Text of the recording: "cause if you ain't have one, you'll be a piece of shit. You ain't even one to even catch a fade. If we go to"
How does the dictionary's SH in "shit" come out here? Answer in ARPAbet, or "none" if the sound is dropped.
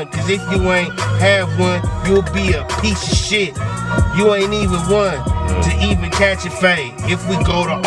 SH